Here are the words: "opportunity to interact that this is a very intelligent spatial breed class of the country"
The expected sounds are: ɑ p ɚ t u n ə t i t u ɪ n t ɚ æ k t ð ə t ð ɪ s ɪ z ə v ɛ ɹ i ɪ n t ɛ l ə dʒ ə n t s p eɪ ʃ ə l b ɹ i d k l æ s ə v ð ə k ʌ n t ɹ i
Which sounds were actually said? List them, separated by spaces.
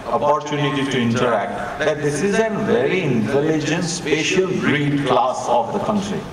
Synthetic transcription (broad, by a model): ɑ p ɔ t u n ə t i t u ɪ n t ɚ æ k t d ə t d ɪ s ɪ z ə v ɛ ɹ i ɪ n t ɛ l ə dʒ ə n t s p eɪ ʃ ə l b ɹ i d k l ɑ s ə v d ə k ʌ n t ɹ i